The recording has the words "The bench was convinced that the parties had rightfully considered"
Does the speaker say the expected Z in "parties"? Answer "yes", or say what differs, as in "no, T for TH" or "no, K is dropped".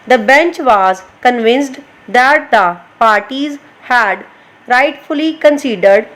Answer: yes